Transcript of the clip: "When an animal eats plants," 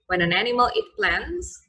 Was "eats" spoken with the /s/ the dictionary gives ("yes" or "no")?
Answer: no